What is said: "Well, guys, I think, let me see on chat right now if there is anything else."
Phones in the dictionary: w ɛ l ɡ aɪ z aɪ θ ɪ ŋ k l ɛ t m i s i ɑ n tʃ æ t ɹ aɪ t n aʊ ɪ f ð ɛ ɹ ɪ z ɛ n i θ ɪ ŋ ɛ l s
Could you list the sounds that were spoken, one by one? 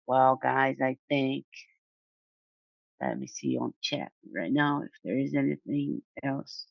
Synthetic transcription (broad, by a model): w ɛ l ɡ aɪ z aɪ θ ɪ ŋ k l ɛ t m i s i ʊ n tʃ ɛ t ɹ aɪ t n aʊ ɪ f ð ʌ ɹ ɪ z ɛ n i θ ɪ ŋ ɛ l s